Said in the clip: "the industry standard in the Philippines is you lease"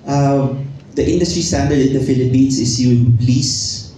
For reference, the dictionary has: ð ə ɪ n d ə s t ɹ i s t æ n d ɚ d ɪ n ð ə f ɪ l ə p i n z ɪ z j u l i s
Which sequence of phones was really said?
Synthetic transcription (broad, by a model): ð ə ɪ n d ə s t ɹ i s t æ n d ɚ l ɪ n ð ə f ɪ l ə p i n s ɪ s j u l i s